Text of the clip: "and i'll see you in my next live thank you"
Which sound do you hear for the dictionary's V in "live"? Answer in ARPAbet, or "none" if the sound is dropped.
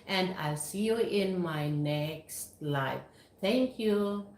F